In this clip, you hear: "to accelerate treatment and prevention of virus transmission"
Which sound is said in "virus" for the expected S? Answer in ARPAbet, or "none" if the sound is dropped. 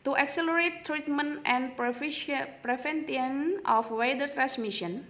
none